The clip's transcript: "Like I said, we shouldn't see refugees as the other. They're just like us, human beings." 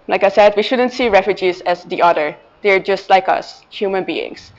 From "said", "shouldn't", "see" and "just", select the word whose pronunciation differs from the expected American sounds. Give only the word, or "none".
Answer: none